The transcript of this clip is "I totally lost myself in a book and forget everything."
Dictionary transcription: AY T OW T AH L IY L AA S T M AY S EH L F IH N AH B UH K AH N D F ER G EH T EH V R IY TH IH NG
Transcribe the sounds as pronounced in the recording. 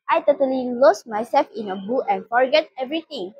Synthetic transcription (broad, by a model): AY T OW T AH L IY L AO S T M AY S EH L F IH N AH B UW AH N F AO G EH T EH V R IY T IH NG